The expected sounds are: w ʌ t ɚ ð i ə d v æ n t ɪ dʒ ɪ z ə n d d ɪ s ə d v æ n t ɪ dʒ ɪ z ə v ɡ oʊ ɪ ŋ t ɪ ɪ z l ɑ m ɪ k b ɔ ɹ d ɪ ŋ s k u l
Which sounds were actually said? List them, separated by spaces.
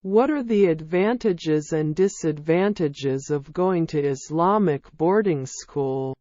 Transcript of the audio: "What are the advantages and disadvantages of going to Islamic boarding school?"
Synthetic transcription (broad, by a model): w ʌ t ɚ ð i ə d v æ n t ɪ dʒ ɪ z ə n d d ɪ s ə d v æ n t ɪ dʒ ɪ z ə v ɡ oʊ ɪ ŋ t ɪ ɪ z l ɑ m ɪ k b ɔ ɹ d ɪ ŋ s k u l